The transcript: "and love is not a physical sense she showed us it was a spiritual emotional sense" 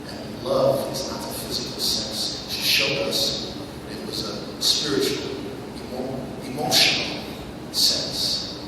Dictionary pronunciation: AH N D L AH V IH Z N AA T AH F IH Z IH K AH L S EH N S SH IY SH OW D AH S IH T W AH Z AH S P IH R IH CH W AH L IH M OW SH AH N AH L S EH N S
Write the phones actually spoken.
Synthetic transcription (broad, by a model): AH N L AH V IH Z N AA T AH F IH Z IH K L S EH N S SH IY SH OW D AH S IH T W AH Z AH S P IH R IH CH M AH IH M OW SH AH N L S EH N S